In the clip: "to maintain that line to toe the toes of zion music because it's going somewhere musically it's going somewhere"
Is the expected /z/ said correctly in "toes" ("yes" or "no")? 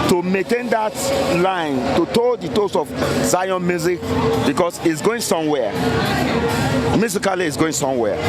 no